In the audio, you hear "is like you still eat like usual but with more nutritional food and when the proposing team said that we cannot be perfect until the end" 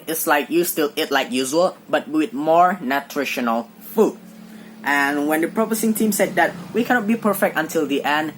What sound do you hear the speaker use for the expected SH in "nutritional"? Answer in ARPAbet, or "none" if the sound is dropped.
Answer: SH